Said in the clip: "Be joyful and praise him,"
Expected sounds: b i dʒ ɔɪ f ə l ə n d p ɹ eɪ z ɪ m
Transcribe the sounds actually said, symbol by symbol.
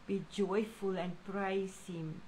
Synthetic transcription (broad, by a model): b i dʒ ɔɪ f ə l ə n p ɹ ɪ s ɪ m